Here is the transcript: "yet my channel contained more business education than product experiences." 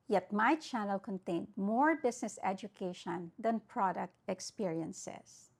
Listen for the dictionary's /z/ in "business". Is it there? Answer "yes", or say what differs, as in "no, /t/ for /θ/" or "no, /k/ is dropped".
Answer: no, /s/ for /z/